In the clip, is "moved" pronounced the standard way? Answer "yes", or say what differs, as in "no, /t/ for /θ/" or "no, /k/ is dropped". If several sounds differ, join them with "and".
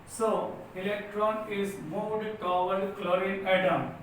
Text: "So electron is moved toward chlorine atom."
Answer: no, /v/ is dropped